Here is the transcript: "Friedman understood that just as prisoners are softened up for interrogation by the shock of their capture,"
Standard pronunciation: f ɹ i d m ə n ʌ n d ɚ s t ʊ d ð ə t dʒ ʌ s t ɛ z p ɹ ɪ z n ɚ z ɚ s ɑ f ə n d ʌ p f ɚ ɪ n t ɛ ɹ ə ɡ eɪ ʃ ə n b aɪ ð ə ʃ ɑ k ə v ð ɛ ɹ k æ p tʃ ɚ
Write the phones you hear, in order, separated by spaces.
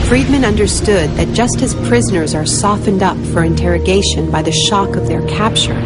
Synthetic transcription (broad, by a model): f ɹ i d m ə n ʌ n d ɚ s t ʊ d ð ə t dʒ ʌ s t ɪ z p ɹ ɪ z n ɚ z ɚ s ɑ f ə n d ʌ p f ɚ ɪ n t ɛ ɹ ə ɡ eɪ ʃ ə n b aɪ ð ə ʃ ɑ k ə v ð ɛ ɹ k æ p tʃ ɚ